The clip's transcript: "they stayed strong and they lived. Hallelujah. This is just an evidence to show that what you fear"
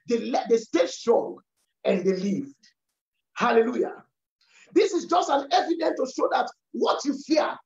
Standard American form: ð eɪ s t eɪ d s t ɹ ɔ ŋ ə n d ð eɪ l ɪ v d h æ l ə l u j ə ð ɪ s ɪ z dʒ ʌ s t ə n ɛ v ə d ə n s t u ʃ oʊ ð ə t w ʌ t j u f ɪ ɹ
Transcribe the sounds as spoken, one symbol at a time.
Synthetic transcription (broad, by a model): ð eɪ s t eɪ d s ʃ ɹ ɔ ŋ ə n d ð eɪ l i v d h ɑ l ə l u j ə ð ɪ s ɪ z dʒ ʌ s t ə n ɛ v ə d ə n t u ʃ oʊ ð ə t w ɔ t j u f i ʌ